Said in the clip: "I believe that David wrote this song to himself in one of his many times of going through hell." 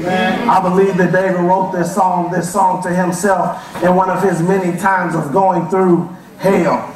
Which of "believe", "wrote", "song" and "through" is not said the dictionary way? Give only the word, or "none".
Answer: none